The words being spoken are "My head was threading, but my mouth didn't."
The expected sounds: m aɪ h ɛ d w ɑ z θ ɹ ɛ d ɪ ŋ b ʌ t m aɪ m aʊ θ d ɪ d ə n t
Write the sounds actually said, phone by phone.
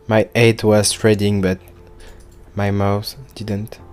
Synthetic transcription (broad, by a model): m aɪ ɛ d w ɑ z t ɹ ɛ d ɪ ŋ b ʌ t m aɪ m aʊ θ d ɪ d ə n t